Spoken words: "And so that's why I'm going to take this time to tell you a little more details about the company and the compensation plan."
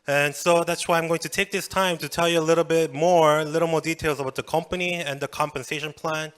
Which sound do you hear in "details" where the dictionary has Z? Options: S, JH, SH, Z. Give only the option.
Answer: Z